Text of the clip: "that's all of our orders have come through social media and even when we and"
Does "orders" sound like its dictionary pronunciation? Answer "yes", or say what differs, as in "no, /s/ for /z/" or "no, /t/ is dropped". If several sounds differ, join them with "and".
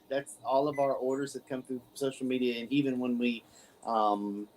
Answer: yes